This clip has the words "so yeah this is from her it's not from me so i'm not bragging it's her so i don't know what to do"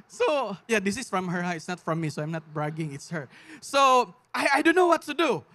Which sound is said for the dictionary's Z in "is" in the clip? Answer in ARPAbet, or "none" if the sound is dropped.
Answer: S